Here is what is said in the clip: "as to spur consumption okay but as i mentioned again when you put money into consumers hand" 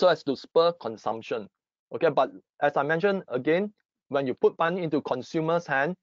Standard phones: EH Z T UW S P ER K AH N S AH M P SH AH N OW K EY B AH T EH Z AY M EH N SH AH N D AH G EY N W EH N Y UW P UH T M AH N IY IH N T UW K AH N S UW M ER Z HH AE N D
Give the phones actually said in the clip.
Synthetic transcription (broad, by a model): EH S T UW S P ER K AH N S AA M P SH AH N OW K EY B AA T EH S AY M EH N SH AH N AH G EY N W EH N Y UW P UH T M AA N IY IH N T UW K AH N S UW M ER S HH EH N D